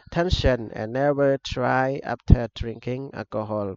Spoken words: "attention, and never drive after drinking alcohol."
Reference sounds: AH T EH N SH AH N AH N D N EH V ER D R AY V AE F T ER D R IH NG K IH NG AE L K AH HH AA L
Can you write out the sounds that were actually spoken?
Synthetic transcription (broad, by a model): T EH N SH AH N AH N N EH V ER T R AY AA P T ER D R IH NG K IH NG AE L K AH HH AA L